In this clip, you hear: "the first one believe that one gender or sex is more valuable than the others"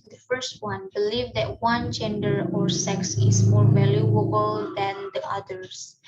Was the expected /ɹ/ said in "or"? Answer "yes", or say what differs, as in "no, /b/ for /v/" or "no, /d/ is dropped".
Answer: yes